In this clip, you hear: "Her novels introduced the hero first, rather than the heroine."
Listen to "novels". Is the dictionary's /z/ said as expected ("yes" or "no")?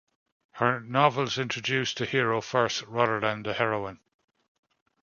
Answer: yes